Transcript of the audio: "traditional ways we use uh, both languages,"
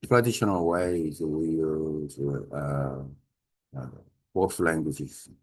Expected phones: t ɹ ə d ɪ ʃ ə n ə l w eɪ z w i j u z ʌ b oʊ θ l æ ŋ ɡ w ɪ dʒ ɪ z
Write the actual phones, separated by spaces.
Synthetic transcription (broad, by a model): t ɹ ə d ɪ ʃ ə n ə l w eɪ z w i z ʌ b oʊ s l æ ŋ ɡ w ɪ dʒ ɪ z